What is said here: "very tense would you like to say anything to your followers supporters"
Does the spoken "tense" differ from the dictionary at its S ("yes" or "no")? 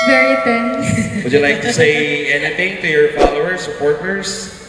yes